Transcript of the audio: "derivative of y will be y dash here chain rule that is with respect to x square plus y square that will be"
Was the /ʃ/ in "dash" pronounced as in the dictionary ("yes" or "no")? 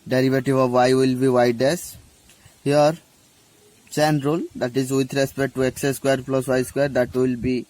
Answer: no